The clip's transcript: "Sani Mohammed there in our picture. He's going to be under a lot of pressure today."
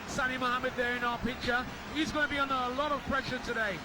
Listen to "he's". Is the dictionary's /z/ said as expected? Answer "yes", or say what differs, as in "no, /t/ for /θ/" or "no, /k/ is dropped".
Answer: yes